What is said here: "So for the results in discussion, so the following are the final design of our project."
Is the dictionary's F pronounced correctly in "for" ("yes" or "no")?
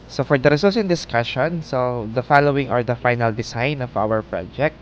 yes